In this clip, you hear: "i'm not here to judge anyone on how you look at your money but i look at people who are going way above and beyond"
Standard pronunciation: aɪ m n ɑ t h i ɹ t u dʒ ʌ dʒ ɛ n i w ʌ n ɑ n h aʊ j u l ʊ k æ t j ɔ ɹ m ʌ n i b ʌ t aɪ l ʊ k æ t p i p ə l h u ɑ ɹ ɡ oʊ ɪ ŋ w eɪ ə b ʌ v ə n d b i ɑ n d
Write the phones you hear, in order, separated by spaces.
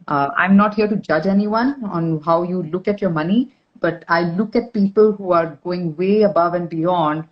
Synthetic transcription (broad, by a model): aɪ m n ɑ t h i ɹ t u dʒ ʌ dʒ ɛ n i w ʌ n ɑ n h aʊ j u l ʊ k æ t j ɔ ɹ m ʌ n i b ʌ t aɪ l ʊ k æ t p i p ə l h u ɑ ɹ ɡ oʊ ɪ ŋ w eɪ ə b ʌ v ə n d b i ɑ n d